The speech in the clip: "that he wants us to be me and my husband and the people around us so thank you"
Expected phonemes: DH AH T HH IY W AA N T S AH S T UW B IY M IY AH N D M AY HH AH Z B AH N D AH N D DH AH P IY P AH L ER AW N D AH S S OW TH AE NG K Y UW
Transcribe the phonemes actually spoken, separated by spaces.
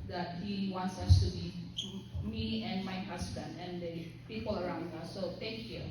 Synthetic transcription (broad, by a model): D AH T HH IY W AA N T S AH S T UW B IY M IY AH N M AY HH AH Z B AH N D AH N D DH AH P IY P AH L ER AW N D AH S S OW T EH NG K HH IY